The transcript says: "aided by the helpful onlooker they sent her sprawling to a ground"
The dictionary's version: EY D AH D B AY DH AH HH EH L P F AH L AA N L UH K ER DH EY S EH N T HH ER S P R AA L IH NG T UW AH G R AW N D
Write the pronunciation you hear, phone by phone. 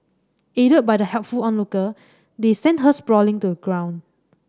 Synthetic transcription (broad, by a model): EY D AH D B AY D AH HH EH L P F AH L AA N L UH K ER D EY S EH N T HH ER S P R AA L IH NG T UW AH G R AW N